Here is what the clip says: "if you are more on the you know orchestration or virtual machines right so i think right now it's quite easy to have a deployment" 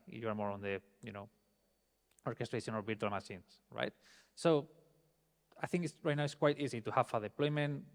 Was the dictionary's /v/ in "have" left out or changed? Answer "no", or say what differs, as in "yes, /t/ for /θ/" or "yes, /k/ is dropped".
yes, /f/ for /v/